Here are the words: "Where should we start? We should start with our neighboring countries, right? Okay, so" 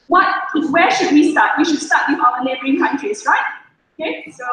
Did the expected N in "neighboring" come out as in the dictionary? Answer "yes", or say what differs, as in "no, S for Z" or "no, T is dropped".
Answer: no, L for N